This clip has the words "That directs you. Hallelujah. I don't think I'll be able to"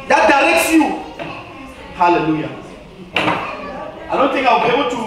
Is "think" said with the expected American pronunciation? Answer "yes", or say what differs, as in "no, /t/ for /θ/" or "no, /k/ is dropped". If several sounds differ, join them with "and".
no, /t/ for /θ/